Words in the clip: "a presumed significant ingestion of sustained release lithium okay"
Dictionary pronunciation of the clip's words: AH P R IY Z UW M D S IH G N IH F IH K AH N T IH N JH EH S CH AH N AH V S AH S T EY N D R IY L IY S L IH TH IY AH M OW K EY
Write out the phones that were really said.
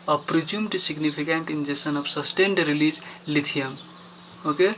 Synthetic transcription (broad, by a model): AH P R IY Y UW M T S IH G N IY P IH K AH N T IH N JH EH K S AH N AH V S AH S T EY N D R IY L IY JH L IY T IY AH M OW K EY